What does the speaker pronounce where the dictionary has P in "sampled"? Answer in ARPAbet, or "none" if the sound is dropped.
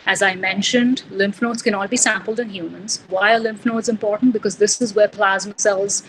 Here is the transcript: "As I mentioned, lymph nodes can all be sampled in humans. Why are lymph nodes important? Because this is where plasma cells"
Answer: P